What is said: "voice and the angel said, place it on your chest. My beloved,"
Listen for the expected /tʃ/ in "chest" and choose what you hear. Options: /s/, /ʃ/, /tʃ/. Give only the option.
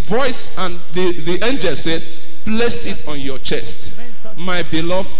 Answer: /tʃ/